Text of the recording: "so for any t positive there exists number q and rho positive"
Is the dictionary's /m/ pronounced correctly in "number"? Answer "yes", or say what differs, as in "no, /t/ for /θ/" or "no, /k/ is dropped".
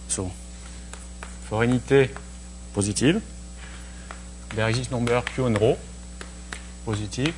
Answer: no, /m/ is dropped